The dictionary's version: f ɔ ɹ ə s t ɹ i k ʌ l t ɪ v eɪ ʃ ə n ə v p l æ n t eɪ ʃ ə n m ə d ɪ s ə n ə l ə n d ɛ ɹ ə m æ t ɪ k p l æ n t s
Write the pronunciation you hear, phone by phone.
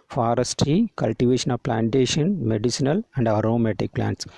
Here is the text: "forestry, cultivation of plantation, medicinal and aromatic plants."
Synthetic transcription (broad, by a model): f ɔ ɹ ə s t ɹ i k ʌ l t ɪ v eɪ ʃ ə n ə v p l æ n t eɪ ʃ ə n m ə d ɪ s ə n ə l ə n d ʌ ɹ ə m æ t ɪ k p l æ n t s